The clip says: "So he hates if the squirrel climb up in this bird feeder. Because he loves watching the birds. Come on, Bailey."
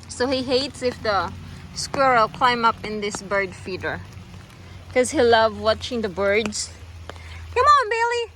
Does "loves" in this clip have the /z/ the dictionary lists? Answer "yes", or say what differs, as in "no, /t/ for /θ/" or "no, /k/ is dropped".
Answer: no, /z/ is dropped